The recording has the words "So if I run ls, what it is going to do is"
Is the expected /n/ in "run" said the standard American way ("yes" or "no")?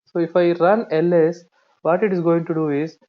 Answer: yes